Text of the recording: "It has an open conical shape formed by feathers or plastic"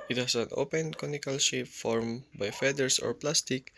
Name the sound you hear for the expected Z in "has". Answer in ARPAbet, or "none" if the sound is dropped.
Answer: S